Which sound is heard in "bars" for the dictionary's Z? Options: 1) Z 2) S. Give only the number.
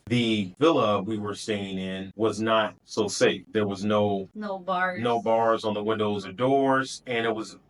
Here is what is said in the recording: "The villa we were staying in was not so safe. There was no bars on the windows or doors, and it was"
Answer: 1